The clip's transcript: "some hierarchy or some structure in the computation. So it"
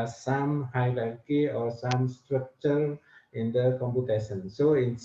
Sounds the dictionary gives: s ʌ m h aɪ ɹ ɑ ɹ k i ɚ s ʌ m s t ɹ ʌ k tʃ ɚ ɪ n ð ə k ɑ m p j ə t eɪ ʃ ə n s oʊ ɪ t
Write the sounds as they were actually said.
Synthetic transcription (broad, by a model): s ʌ m h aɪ l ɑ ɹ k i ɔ s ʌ m s t ɹ ʌ k tʃ ɚ ɪ n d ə k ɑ m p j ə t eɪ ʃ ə n s oʊ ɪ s